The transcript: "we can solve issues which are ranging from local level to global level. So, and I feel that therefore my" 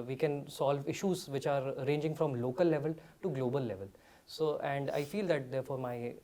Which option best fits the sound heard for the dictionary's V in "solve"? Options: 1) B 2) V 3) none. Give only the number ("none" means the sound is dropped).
2